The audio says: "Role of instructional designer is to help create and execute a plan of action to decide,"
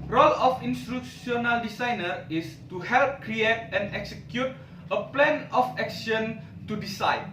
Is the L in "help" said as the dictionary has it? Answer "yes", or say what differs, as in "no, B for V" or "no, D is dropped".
yes